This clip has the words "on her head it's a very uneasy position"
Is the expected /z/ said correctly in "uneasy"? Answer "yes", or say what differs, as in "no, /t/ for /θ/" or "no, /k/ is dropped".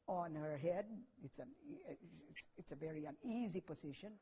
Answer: yes